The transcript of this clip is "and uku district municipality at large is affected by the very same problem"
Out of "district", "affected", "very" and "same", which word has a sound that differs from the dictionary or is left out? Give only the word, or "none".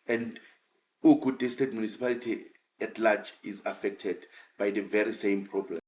district